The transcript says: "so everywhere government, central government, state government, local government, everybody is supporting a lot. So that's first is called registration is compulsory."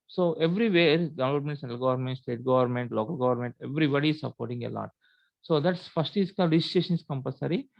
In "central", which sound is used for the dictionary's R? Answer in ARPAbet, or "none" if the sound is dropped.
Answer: none